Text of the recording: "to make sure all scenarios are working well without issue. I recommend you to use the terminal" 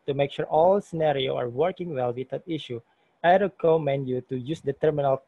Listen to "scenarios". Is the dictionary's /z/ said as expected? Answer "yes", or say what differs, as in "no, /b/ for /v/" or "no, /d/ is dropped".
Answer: no, /z/ is dropped